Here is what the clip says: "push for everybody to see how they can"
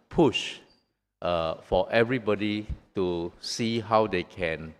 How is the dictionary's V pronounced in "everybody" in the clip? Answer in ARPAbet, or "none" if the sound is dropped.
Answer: V